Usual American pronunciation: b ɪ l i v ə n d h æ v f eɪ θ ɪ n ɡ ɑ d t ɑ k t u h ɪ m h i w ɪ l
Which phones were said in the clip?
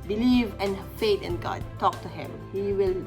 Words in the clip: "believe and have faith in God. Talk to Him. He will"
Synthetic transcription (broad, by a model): b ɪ l i v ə n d f eɪ t ɪ n ɡ ɑ d t ɑ k t u h ɪ m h i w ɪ l